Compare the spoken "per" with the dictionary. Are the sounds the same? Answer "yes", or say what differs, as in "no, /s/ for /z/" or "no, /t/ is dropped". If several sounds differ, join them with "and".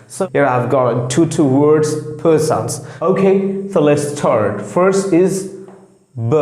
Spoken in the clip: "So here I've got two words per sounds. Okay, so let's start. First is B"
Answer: yes